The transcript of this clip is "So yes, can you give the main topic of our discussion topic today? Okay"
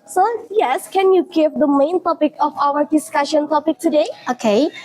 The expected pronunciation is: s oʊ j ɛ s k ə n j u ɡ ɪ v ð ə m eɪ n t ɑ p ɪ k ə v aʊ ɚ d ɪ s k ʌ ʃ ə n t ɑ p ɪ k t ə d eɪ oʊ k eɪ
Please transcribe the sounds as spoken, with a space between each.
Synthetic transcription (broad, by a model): s oʊ j ɛ s k ə n j u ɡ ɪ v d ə m eɪ n t ɑ p ɪ k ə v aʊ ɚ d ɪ s k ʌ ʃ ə n t ɑ p ɪ k t ə d eɪ oʊ k eɪ